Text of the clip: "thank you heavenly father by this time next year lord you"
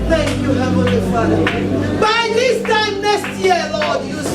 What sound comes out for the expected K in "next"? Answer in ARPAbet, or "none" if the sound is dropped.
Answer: none